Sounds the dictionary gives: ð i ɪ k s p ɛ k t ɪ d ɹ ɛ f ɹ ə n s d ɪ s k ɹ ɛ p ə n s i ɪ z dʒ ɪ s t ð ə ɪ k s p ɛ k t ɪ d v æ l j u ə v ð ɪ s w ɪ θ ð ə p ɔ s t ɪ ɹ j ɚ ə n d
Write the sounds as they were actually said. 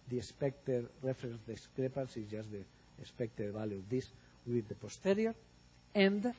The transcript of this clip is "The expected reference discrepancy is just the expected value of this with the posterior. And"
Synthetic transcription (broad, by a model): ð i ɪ s p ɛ k t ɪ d ɹ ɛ f ɹ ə n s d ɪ s k ɹ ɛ p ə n s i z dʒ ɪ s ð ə s p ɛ k t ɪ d b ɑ l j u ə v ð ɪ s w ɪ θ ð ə p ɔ s t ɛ ɹ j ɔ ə n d